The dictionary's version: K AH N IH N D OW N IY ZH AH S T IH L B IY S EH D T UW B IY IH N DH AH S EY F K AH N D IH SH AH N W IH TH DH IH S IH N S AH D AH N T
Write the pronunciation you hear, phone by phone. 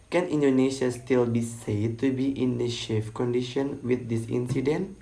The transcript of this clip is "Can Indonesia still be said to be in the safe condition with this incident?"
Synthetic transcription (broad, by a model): K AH N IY N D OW N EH SH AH S T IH L B IY S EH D T UW B IY IH N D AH SH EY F K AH N D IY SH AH N W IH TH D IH S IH N S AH D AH N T